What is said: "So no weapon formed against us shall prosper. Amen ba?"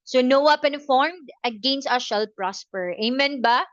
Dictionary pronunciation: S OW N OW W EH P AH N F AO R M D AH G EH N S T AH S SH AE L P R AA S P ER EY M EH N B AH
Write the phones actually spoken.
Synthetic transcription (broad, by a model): S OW N OW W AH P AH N F AO R M D AH G EH N S T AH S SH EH L P R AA S P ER EY M EH N B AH